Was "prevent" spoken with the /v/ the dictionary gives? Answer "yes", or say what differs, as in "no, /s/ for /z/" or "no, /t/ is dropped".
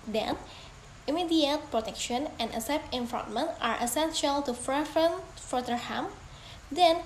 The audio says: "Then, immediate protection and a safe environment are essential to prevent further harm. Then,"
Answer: no, /f/ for /v/